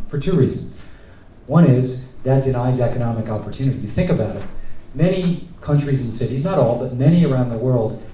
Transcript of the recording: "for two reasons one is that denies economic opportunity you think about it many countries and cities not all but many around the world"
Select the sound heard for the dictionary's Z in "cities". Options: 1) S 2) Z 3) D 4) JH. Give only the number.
2